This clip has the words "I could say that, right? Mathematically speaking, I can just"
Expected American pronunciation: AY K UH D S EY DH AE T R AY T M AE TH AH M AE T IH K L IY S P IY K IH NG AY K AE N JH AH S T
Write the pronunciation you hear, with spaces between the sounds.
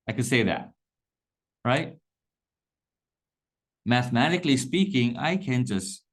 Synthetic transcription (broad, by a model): AY K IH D S EY DH AE T R AY T M AE TH AH M AE T IH K L IY S P IY K IH NG AY K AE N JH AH S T